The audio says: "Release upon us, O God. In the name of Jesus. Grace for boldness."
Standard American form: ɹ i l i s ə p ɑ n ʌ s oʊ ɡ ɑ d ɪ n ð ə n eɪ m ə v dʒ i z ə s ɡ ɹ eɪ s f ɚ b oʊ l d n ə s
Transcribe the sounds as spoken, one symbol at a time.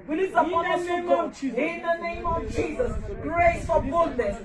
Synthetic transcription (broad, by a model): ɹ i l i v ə ɑ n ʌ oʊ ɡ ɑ ɪ n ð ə n eɪ m ə v dʒ i z ə s ɡ ɹ eɪ s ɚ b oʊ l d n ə s